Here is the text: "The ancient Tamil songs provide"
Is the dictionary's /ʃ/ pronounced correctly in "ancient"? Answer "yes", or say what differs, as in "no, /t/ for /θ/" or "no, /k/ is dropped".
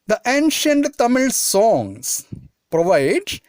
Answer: yes